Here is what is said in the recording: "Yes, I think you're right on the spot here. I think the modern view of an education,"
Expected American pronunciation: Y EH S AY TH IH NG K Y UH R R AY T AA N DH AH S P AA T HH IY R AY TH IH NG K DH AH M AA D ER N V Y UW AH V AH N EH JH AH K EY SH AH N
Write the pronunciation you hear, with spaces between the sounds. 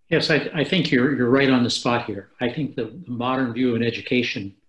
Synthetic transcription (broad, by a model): Y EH S AY TH IH NG K Y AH R R AY T N DH AH S P AA T HH IY R AY TH IH NG K DH AH M AA D ER N V Y UW AH V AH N EH JH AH K EY SH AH N